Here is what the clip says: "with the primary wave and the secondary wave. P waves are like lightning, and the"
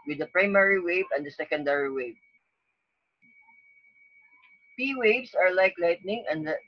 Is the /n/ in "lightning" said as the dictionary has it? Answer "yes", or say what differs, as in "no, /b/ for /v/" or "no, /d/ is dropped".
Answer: yes